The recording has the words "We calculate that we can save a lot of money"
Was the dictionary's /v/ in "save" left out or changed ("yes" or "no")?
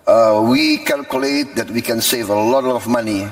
no